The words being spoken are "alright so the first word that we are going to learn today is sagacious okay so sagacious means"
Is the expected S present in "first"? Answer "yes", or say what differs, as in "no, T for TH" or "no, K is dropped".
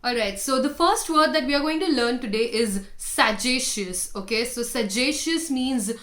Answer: yes